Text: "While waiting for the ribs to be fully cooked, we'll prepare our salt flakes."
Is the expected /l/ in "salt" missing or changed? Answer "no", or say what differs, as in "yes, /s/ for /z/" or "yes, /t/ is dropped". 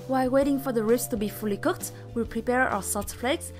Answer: yes, /l/ is dropped